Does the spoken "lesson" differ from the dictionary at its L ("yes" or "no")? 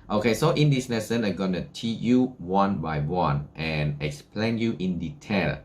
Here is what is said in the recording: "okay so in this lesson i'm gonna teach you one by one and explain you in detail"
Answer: yes